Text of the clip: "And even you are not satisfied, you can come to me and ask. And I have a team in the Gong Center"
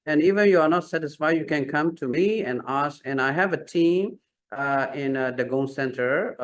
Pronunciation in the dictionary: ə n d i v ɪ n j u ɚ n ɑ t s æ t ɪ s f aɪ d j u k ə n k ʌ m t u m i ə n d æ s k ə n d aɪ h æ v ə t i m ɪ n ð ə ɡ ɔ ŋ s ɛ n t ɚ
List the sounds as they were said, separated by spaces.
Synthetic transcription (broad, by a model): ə n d i v ɪ n j u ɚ n ɑ t s æ t ɪ s f aɪ d j u k ə n k ʌ m t u m i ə n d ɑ s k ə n aɪ h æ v ə t i m ɪ n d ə ɡ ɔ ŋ s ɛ n t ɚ